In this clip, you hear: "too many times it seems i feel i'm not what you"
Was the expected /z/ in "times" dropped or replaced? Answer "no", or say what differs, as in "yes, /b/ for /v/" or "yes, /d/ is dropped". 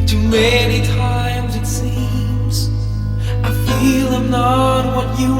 no